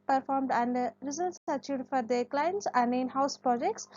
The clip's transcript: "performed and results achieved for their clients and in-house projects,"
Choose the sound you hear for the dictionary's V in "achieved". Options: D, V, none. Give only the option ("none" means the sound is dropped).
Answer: none